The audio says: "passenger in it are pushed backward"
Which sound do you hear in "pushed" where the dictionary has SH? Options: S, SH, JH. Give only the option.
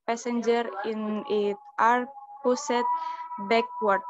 S